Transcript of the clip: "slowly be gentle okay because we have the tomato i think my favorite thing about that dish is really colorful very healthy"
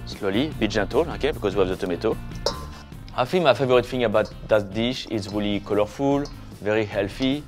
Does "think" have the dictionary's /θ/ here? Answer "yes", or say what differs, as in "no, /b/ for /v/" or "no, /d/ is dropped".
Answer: no, /f/ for /θ/